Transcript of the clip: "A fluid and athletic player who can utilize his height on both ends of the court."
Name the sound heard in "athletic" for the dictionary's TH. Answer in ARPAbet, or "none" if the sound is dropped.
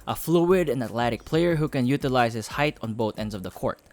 T